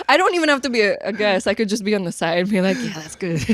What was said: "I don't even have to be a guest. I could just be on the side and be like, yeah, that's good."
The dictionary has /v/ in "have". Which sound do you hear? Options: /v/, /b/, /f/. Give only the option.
/f/